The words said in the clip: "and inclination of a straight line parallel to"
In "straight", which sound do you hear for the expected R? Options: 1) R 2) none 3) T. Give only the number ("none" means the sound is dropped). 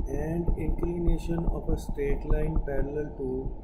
1